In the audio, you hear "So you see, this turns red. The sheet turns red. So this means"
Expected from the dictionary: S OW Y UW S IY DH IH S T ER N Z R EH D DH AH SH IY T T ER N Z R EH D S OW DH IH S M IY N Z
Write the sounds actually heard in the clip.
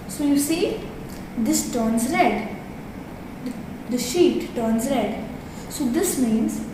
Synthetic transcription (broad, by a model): S OW Y UW S IY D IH S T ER N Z R EH D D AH SH IY T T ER N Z R EH D S OW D IH S M IY N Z